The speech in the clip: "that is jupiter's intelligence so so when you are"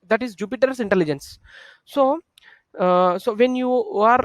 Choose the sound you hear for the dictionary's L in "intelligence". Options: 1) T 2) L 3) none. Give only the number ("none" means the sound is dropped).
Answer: 2